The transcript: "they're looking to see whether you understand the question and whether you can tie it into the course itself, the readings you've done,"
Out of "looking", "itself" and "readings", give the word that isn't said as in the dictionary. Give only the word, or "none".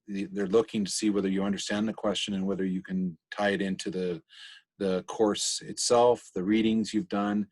none